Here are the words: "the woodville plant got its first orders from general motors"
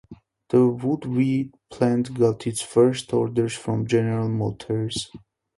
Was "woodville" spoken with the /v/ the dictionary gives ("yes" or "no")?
no